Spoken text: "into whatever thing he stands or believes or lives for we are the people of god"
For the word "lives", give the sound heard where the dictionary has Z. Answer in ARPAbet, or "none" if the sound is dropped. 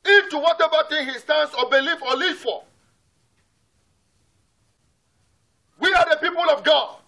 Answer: none